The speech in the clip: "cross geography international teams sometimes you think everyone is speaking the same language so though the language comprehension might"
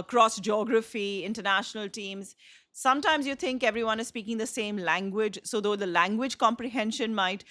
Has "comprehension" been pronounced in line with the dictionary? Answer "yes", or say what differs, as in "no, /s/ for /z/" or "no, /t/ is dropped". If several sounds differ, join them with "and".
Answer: yes